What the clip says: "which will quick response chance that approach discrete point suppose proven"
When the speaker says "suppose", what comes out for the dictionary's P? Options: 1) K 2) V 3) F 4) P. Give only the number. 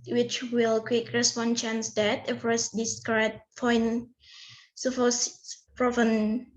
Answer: 3